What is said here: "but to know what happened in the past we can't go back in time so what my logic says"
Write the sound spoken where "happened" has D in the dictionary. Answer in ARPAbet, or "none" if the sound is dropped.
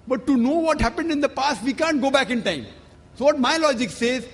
D